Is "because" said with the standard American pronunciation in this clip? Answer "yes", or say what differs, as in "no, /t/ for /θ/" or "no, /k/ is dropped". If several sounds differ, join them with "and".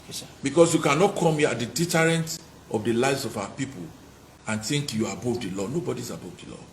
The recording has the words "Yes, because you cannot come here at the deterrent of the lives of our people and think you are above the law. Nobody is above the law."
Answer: no, /s/ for /z/